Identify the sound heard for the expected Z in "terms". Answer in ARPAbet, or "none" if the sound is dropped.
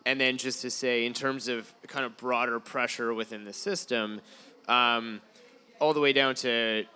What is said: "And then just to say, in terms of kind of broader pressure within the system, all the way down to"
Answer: Z